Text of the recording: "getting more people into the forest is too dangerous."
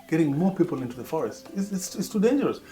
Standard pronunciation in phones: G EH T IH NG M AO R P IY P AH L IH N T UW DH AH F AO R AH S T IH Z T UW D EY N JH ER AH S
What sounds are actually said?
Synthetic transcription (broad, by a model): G EH T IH NG M AO R P IY P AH L IH N T UW DH AH F AO R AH S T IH S T UW D EY N JH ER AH S